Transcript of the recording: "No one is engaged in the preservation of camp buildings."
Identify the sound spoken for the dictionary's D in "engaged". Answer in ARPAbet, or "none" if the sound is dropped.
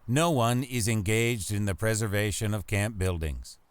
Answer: D